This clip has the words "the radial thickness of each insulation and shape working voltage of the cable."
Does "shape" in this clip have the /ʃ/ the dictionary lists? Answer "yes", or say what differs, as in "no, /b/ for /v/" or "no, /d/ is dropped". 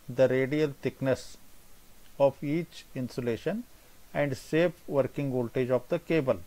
no, /s/ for /ʃ/